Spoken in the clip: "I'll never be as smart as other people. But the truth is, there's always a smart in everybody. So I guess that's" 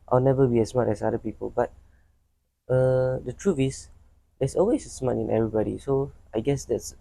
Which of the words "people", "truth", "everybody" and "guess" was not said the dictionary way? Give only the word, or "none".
truth